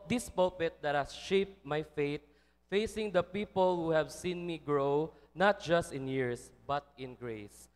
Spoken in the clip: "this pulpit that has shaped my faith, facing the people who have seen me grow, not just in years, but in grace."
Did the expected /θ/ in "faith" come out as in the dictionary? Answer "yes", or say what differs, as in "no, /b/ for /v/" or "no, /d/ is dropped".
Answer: no, /t/ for /θ/